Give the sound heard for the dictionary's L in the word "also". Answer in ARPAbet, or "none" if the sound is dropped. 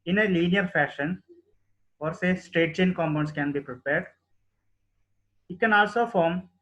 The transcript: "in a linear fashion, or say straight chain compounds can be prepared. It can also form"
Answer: L